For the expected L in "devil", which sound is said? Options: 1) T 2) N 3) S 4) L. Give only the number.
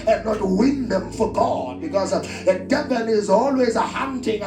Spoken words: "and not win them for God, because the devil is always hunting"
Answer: 2